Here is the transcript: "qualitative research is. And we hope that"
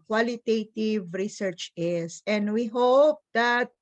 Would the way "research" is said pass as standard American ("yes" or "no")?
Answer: yes